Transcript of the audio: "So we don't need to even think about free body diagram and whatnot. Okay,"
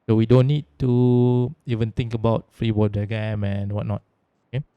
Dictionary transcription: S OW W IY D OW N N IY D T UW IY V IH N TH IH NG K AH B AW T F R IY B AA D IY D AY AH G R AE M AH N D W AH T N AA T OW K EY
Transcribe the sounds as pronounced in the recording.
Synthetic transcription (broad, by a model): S OW W IY D OW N N IY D T UW IY V IH N T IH NG K AH B AW T F R IY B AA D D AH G EH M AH N W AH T N AA T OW K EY